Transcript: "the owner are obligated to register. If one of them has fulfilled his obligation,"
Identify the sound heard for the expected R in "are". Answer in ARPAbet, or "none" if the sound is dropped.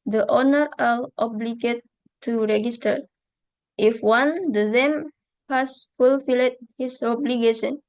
L